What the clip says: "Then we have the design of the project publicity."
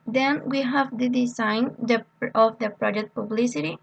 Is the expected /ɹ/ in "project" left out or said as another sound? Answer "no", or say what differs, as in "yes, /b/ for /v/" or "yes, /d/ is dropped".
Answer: no